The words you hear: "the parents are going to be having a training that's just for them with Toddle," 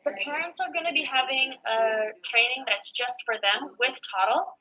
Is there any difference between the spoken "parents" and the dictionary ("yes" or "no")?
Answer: no